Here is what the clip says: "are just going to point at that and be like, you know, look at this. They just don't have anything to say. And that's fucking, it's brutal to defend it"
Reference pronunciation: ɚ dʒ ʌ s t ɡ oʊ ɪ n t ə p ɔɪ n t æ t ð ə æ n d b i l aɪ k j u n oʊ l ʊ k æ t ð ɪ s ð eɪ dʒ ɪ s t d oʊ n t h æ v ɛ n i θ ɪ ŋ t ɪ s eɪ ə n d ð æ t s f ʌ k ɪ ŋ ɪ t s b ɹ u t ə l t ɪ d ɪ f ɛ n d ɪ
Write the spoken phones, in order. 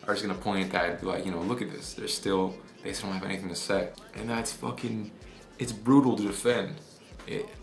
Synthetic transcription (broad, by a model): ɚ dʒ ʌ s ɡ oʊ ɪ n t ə p ɔɪ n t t ð ə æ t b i l aɪ k j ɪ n oʊ l ʊ k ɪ t ð ɪ s ð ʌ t ɪ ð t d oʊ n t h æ v ɛ n i θ ɪ ŋ t ɪ s eɪ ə n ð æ t s f ʌ k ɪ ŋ ɪ t s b ɹ u t l t ɪ d ɪ f ɛ n d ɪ